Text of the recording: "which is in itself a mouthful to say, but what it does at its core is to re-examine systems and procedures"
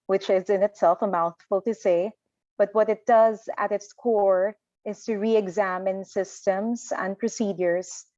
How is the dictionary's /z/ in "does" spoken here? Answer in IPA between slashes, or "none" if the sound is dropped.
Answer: /z/